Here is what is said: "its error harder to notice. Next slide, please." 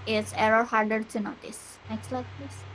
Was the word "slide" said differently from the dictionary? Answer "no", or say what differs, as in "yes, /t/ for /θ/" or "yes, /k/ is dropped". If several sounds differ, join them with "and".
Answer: no